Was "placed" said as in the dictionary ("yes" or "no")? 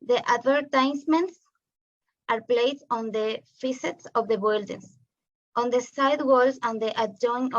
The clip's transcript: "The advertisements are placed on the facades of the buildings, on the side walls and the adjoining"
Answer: no